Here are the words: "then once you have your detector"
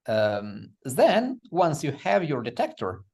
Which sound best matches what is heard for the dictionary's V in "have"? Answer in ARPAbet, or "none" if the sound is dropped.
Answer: V